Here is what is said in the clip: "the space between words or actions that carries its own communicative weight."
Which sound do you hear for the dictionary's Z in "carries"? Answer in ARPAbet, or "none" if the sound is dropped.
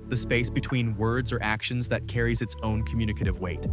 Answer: Z